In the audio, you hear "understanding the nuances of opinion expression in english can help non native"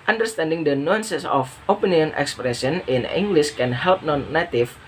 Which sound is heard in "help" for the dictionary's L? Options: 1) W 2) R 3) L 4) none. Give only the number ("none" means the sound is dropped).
3